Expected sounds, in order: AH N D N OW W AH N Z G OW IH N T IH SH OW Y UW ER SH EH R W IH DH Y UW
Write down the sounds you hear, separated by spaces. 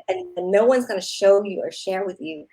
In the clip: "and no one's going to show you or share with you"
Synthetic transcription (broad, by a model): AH N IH N OW W AH N Z G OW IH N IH SH OW Y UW ER SH EH R W IH DH Y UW